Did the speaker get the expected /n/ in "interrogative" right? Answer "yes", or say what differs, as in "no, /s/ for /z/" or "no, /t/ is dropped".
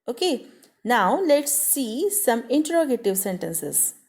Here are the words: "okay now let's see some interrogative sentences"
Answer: yes